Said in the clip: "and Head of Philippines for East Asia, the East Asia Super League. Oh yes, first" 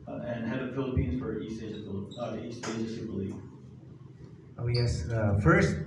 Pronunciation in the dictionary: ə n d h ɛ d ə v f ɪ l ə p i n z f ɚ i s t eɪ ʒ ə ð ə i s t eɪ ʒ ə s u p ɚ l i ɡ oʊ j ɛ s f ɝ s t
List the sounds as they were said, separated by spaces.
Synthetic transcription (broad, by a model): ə n h ɛ d ə v f ɪ l ə p i n z f ɚ i s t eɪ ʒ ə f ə i s t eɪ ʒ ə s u b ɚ l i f oʊ j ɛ s f ɝ s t